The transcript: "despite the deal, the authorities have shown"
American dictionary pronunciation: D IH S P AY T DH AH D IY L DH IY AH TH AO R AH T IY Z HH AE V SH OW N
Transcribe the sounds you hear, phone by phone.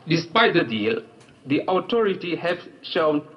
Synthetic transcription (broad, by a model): D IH S P AY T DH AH D IY L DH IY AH T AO R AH T IY HH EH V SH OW N